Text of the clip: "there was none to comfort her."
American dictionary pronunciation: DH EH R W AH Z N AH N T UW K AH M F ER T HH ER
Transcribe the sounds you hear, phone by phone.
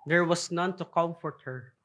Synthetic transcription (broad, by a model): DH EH R W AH S N AH N T UW K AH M F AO T HH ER